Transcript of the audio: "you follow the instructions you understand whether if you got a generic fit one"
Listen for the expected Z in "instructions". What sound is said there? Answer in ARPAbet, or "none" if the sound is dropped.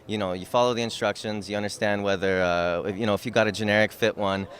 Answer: Z